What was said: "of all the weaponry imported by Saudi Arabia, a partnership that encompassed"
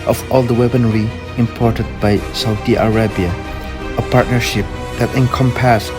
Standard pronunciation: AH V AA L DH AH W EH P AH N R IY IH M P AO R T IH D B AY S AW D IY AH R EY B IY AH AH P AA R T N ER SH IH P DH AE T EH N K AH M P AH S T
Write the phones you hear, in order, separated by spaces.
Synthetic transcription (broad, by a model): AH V AA L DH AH W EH B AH N R IY IH M P AO R T IH D B AY S AW D IY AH R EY B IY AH AH P AA R T N ER SH IH P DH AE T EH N K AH M P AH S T